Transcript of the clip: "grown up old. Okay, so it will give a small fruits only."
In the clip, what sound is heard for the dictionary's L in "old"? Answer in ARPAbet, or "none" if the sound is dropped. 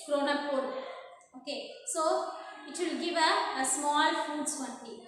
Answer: none